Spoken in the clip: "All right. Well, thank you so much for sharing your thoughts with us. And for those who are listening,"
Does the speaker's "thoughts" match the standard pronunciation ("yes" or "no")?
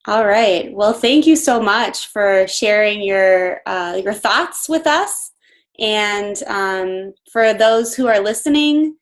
yes